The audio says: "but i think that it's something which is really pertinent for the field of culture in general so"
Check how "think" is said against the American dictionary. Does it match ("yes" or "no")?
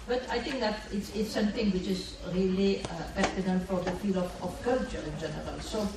no